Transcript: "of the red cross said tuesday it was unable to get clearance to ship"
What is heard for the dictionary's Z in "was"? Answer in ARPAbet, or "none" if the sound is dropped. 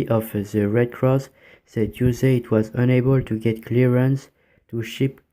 Z